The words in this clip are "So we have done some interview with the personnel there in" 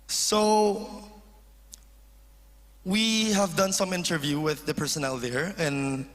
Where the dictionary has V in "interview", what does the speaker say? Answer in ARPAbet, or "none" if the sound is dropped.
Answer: V